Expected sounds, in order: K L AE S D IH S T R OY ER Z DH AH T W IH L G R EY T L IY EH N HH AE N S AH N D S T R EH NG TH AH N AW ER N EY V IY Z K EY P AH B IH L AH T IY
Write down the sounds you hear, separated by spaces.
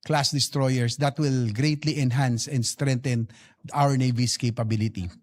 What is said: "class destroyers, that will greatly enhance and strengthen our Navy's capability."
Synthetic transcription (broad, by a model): K L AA S D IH S T R OY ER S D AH T W IH L G R EY T L IY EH N HH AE N S AH N D S T R EH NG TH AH N AW ER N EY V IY S K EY P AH B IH L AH T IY